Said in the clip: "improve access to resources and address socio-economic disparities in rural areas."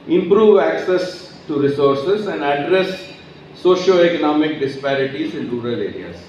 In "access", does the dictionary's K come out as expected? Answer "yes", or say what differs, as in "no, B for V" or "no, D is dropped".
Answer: yes